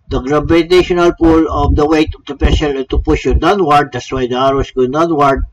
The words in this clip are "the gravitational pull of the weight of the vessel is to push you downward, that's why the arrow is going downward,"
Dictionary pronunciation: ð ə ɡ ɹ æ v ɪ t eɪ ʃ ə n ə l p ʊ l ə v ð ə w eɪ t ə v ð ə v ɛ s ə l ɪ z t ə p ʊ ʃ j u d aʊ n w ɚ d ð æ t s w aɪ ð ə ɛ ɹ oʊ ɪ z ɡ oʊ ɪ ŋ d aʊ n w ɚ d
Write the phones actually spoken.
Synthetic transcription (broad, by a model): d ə ɡ ɹ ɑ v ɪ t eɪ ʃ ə n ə l p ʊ l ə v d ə w eɪ t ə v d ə p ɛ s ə l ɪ t ə p ʊ ʃ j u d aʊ n w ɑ d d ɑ t s w aɪ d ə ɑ ɹ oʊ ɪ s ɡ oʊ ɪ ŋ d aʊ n w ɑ d